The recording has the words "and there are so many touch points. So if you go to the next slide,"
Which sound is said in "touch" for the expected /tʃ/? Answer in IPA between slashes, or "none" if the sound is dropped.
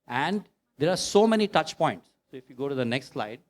/tʃ/